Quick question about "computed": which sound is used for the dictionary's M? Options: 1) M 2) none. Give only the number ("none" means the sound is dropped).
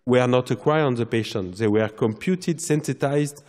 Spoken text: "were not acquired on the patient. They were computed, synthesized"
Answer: 1